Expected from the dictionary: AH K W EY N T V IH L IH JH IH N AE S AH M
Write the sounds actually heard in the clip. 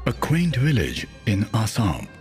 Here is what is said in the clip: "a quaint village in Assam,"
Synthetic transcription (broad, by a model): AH K W EY N T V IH L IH JH IH N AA S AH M